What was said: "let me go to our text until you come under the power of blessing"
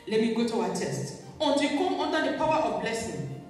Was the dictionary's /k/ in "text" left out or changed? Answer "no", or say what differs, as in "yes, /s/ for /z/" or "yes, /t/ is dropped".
yes, /k/ is dropped